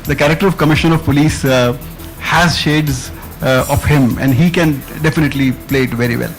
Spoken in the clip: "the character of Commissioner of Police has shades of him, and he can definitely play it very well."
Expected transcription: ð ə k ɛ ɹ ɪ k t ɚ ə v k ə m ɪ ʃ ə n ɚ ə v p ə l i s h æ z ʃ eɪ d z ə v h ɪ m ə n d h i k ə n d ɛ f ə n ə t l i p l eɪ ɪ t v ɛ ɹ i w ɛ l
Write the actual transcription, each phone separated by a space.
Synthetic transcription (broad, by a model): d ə k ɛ ɹ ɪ k t ɚ ə v k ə m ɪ ʃ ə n ə v p ə l i s h æ z ʃ eɪ d z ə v h ɪ m ə n d h i k ə n d ɛ f ə n ə t l i p l eɪ ɪ t v ɛ ɹ i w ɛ l